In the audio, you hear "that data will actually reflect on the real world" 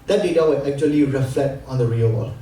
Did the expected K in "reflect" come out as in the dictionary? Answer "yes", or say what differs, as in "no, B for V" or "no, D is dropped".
no, K is dropped